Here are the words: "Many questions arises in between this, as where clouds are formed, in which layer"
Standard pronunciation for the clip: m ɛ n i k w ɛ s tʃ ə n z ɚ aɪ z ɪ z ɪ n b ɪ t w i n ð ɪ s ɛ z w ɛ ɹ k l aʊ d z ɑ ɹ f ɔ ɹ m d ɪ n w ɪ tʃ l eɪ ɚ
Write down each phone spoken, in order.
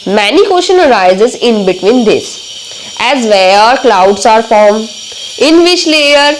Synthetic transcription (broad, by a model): m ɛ n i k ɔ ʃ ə n ɚ aɪ z ɪ z ɪ n b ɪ t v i n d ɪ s ɛ z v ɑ ɹ k l aʊ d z ɑ ɹ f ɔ ɹ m ɪ n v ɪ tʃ l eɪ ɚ